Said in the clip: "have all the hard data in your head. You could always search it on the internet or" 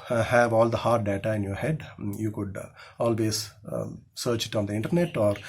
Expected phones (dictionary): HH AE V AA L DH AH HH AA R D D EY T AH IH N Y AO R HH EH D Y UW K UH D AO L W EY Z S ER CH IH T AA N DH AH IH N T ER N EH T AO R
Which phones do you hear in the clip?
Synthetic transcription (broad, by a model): HH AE V AA L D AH HH AA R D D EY T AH IH N Y AO R HH EH D Y UW K UH D AO L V EY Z S ER CH IH T AA N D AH IH N T ER N EH T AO R